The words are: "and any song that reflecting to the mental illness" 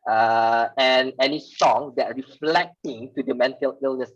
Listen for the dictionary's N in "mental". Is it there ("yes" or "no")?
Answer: yes